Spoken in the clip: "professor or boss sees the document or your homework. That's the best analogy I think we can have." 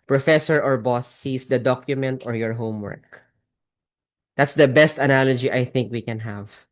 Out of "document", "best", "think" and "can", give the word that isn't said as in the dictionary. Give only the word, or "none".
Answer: none